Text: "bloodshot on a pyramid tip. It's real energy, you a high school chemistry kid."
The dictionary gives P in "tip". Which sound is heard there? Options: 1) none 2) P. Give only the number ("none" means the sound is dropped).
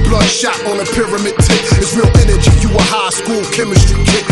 1